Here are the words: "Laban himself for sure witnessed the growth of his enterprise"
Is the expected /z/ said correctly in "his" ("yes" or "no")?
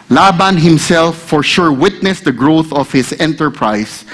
no